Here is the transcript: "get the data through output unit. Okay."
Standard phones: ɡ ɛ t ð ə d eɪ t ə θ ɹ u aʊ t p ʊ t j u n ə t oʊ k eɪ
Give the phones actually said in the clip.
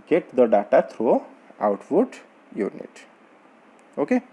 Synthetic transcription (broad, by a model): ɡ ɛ t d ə d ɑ t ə t ɹ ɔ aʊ t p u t j u n ə t oʊ k eɪ